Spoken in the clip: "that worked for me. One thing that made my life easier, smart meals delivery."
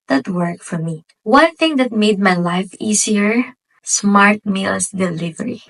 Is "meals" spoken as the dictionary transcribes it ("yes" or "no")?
no